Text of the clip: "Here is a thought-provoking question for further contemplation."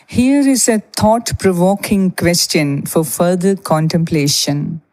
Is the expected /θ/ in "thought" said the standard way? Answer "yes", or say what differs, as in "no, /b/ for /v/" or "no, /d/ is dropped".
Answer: no, /t/ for /θ/